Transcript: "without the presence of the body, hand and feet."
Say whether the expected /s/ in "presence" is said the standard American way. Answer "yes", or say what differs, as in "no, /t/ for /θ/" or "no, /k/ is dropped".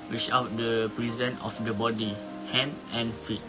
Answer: no, /s/ is dropped